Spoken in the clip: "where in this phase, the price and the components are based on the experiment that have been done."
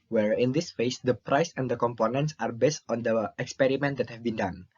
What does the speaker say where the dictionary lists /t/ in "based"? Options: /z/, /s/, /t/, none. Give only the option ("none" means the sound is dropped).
/t/